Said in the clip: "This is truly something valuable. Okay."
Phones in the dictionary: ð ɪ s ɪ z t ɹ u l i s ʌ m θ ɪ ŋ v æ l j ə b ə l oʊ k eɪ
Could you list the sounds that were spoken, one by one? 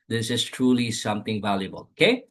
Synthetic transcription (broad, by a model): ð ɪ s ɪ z t ɹ u l i s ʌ m t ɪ ŋ v æ l j ə b ə l oʊ k eɪ